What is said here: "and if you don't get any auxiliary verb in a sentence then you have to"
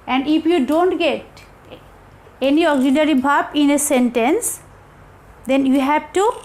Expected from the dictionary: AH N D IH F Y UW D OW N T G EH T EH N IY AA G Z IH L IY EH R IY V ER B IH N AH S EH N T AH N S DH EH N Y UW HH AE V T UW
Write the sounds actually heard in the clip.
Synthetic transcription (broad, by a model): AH N D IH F Y UW D OW N T G EH T EH N IY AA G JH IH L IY R IY B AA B IH N AH S EH N T AH N S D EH N Y UW HH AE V T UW